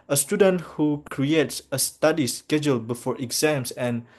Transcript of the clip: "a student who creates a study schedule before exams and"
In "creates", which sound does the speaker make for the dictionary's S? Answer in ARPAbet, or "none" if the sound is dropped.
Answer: S